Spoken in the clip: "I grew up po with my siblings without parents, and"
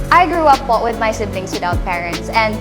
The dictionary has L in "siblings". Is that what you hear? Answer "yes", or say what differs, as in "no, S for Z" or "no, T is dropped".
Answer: no, N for L